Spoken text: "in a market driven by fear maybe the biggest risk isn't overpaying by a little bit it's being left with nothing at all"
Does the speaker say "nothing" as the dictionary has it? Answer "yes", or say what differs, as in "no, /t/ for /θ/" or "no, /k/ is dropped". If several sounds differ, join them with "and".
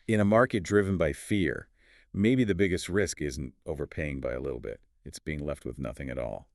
yes